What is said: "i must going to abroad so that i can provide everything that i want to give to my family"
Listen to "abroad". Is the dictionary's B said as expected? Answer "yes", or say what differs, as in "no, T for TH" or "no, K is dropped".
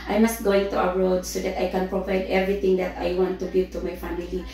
no, B is dropped